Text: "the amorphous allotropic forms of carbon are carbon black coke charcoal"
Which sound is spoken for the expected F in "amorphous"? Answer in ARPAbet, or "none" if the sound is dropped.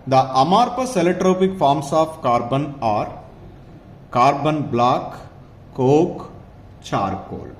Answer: P